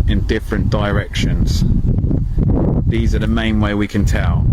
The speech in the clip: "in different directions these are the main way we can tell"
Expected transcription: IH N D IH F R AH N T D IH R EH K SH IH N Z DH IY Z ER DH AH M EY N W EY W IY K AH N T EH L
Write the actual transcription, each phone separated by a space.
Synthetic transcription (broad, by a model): IH N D IH F R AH N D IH R EH K SH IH N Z DH IY Z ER DH AH M EY N W EY W IY K AH N T EH L